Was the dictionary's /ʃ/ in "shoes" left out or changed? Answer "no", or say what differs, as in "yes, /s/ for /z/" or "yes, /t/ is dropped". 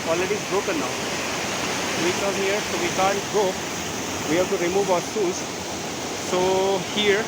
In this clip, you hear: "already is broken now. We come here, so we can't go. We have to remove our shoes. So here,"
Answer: yes, /s/ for /ʃ/